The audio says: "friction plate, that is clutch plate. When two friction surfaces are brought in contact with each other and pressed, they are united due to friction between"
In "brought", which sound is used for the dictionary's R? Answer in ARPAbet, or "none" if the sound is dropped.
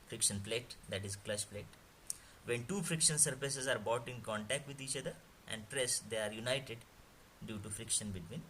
none